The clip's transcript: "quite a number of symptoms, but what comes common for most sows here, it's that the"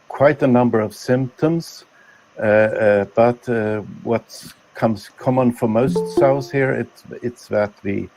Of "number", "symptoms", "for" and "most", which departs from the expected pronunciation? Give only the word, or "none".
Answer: none